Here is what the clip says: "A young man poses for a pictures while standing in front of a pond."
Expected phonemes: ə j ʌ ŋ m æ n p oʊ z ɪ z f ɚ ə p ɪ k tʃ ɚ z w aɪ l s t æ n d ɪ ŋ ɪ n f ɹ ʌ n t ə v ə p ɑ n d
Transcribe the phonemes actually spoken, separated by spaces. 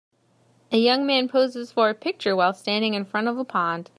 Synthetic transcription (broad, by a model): ə j ʌ ŋ m æ n p oʊ z ɪ z f ɚ ə p ɪ k tʃ ɚ w aɪ l s t æ n d ɪ ŋ ɪ n f ɹ ʌ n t ə v ə p ɑ n d